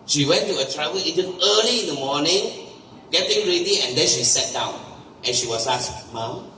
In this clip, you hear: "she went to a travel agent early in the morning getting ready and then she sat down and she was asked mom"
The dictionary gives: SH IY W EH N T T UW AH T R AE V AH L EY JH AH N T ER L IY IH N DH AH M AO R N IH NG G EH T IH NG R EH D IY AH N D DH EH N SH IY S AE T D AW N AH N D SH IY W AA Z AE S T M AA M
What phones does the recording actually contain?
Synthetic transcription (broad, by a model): SH IY W EH N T T UW AH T R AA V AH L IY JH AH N ER L IY IH N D AH M AO N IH NG G EH T IH NG R EH D IY AH N D EH N SH IY S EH T D AW N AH N SH IY W AA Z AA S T M AA M